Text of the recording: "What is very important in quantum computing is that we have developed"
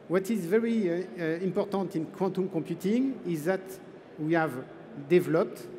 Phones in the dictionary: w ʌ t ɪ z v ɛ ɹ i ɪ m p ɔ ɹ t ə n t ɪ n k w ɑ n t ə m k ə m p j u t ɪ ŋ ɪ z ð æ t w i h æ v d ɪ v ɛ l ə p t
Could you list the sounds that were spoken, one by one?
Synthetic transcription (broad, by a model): w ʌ t ɪ z v ɛ ɹ i ɪ m p ɔ ɹ t ə n t ɪ n k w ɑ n t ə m k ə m p j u t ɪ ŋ ɪ z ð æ t w i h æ v d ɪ v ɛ l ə p t